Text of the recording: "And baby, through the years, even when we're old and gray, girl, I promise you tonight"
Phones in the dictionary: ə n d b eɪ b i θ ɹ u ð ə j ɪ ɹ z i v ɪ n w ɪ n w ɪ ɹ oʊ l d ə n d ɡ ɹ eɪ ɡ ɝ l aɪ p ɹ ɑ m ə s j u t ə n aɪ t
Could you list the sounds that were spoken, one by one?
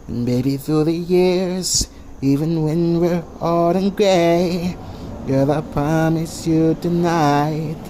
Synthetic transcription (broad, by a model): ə n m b eɪ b i θ ɹ u ð ə j ɪ ɹ z i v ɪ n w ɪ n w ɪ ɹ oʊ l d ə n ɡ ɹ eɪ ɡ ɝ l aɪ p ɹ ɑ m ə s j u t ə n aɪ t